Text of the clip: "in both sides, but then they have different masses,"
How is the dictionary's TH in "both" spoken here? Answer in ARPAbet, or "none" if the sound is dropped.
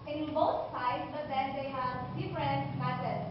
T